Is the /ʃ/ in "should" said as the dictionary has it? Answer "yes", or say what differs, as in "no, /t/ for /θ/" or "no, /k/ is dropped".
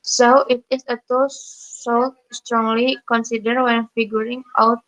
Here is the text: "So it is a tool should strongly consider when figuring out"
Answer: no, /s/ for /ʃ/